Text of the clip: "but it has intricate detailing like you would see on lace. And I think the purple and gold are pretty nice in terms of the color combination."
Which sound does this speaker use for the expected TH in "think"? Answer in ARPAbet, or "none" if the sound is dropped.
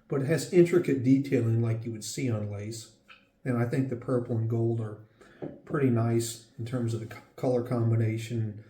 TH